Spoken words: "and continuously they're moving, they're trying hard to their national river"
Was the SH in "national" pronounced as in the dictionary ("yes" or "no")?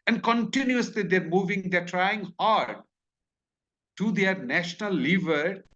yes